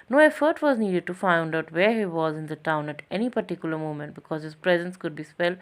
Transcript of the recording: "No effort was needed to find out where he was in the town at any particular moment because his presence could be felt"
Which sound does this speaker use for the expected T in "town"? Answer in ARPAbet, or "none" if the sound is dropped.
T